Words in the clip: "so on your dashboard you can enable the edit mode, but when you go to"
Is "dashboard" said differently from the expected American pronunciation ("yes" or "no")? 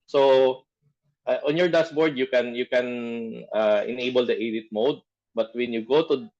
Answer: yes